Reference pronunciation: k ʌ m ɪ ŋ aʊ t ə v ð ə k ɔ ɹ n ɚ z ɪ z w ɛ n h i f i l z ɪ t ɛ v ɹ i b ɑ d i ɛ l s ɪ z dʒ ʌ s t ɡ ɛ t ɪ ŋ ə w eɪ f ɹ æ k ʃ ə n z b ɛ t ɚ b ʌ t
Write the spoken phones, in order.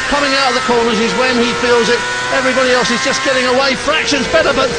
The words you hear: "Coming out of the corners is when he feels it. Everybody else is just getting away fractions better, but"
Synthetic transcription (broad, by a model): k ʌ m ɪ ŋ aʊ t ə v ð ə k ɔ ɹ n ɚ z ɪ z w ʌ n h i f i l z ɪ t ɛ v ɹ i b ɑ d i ɛ l s ɪ z dʒ ʌ s ɡ ɛ t ɪ ŋ ə w eɪ f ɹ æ k ʃ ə n z b ɛ t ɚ b ʌ t